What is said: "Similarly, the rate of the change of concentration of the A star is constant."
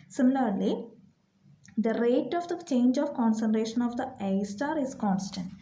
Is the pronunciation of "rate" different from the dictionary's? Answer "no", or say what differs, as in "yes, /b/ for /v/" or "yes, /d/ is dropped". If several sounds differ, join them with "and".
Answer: no